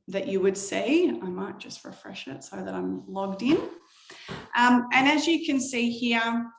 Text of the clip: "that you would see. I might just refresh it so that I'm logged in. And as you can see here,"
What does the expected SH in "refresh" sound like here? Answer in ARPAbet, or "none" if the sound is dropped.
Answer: SH